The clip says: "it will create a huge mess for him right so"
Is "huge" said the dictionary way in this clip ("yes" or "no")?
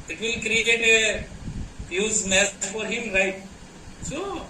no